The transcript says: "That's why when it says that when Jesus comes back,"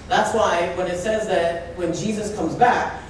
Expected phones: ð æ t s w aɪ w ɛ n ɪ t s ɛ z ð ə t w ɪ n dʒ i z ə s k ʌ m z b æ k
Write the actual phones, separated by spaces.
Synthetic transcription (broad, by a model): ð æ t s w aɪ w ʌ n ɪ t s ɛ z ð ə t w ɪ n dʒ i z ə s k ʌ m z b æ k